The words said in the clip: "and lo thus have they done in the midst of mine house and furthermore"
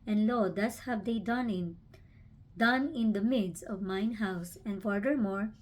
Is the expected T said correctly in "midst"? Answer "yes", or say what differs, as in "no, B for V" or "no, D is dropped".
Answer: no, T is dropped